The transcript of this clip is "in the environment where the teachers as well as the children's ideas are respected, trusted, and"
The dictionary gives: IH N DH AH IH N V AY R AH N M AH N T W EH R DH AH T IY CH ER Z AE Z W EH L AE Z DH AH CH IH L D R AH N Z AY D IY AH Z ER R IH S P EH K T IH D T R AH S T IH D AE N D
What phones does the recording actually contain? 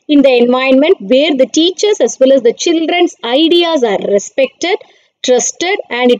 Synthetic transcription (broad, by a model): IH N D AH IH N V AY AH N M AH N T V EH R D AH T IY CH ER S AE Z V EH L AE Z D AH CH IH L D R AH N S AY D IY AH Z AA R IH S P EH K T IH D T R AH S T IH D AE N D